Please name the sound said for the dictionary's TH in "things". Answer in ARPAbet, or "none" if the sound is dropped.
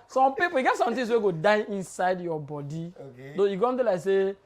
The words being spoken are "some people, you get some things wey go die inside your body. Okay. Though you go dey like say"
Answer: T